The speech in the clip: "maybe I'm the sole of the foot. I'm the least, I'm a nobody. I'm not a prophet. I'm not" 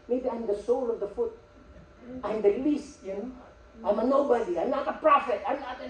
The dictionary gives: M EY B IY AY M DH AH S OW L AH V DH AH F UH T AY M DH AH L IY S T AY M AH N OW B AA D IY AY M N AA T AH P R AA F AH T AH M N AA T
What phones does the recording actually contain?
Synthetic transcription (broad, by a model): M EY B IY AY M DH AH S OW L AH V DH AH F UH T AY M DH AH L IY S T AY M AH N OW B AA D IY AY M N AA T AH P R AA F AH T AH M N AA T